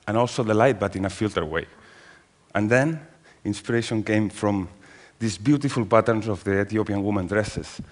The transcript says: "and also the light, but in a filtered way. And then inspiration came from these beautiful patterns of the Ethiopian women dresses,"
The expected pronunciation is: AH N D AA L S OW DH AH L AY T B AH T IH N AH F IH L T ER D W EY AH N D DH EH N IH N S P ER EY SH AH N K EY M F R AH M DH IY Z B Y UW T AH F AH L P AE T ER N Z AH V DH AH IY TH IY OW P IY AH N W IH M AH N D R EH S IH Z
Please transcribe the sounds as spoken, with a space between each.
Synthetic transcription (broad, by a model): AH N AA L S OW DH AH L AY T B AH T IH N AH F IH L T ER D W EY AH N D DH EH N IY N S P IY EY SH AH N K EY M F R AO M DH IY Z B Y UW T AH F AH L P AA T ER N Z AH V DH AH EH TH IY OW P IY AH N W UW M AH N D R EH S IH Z